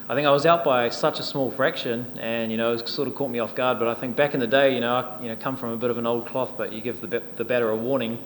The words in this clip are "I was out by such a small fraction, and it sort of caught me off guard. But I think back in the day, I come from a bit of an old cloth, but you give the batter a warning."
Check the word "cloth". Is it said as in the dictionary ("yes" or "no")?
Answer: yes